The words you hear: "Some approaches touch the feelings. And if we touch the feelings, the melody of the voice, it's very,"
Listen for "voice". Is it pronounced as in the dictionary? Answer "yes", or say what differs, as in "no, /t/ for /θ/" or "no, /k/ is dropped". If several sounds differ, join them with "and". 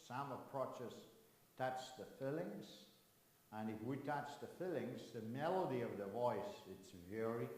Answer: yes